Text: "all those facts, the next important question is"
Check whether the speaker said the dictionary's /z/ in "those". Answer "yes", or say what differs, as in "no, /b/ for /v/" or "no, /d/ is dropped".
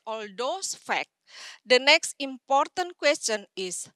no, /s/ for /z/